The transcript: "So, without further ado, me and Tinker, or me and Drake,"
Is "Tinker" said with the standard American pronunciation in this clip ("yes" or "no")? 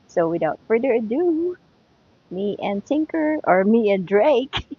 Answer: yes